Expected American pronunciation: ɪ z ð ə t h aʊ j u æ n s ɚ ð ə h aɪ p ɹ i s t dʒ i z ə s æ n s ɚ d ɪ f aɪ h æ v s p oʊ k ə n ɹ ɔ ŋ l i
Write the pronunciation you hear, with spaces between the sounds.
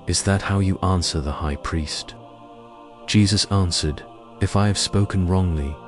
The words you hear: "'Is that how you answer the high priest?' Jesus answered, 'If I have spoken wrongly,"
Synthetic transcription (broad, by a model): ɪ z ð ə t h aʊ j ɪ æ n s ɚ ð ə h aɪ p ɹ i s t dʒ i z ə s æ n s ɚ d ɪ f aɪ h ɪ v s p oʊ k ə n ɹ ɔ ŋ l i